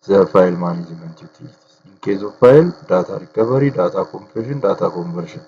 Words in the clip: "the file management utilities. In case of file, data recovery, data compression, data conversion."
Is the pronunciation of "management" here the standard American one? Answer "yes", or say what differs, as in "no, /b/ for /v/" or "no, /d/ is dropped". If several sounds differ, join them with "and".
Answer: no, /z/ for /dʒ/